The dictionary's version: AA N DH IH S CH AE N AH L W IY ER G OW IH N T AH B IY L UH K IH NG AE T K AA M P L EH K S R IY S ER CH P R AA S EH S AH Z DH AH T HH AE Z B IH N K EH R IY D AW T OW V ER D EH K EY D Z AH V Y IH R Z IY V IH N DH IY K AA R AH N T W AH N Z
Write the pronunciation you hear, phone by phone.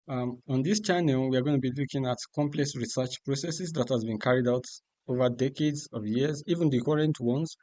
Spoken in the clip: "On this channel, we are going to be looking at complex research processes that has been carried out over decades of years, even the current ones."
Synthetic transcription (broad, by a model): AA N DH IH S CH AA N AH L W IY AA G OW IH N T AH B IY L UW K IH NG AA T K AA M P L EH K S R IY S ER CH P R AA S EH S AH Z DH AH T HH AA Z B IH N K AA R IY D AW T OW V ER D EH K EY D Z AH V Y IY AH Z IY V IH N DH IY K AA R AH N T W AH N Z